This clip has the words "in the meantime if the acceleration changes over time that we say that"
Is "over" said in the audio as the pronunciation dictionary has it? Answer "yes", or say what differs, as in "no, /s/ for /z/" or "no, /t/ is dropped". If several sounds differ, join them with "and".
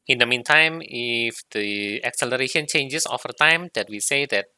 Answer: no, /f/ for /v/